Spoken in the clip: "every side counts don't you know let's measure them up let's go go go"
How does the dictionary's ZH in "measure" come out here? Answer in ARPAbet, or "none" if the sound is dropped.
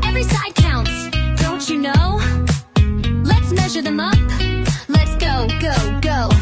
ZH